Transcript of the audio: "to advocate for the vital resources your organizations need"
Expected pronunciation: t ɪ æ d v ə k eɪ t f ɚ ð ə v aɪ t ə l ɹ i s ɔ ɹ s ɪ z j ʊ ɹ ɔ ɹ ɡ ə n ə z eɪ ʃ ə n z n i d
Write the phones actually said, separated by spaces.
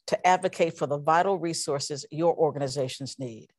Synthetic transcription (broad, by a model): t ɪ æ d v ə k eɪ t f ɚ ð ə v aɪ t l ɹ i s ɔ ɹ s ɪ z j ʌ ɹ ɔ ɹ ɡ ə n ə z eɪ ʃ n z n i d